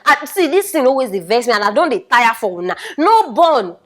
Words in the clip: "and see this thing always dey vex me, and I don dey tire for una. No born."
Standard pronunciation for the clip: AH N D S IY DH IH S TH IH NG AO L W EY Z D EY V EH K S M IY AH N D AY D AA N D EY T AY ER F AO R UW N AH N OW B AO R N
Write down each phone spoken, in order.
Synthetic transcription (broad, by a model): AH S IY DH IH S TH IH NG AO W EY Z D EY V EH S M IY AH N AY D AA N D EY T AY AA F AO W UW N AH N OW B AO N